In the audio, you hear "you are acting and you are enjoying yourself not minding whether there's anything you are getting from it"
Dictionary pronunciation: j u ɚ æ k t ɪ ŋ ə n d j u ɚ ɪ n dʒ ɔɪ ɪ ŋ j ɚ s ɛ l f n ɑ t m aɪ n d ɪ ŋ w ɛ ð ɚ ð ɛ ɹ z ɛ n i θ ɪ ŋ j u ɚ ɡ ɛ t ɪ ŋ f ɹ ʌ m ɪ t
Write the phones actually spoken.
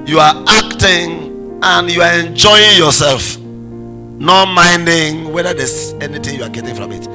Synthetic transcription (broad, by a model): j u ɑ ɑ k t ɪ ŋ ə n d j u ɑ ɪ n dʒ ɔɪ ɪ ŋ j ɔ s ɛ l f n ɑ t m aɪ n d ɪ ŋ w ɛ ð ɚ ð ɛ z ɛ n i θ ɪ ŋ j u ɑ ɡ ɛ t ɪ ŋ f ɹ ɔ m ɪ t